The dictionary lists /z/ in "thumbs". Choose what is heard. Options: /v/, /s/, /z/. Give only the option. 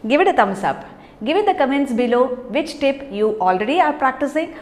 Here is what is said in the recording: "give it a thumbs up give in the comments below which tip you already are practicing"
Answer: /s/